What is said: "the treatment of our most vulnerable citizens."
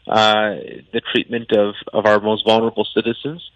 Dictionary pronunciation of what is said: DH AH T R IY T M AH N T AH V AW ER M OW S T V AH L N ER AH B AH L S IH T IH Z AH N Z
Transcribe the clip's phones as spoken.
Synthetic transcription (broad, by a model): DH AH T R IY T M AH N T AH V AW ER M OW S T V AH L N ER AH B L S IH T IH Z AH N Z